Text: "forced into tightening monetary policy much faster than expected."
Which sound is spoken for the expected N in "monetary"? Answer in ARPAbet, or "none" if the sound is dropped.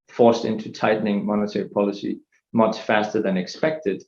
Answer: N